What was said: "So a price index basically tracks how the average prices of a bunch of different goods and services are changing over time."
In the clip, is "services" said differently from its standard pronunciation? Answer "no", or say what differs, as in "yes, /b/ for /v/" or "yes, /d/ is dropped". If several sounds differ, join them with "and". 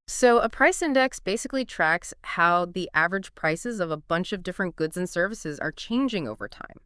no